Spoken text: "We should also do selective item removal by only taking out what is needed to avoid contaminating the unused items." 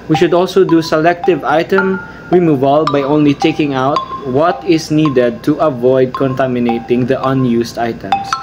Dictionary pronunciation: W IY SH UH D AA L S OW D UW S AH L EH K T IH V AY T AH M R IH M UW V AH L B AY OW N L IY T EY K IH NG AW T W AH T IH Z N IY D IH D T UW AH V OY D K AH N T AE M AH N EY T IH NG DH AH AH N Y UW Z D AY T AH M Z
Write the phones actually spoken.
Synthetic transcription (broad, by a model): W IY SH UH D AA L S OW D UW S AH L EH K T IH V AY T AH M R IH M UW V AH L B AY OW N L IY T EY K IH NG AW T W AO T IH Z N IY D IH D T UW AH V OY D K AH N T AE M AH N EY T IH NG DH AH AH N Y UW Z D AY T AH M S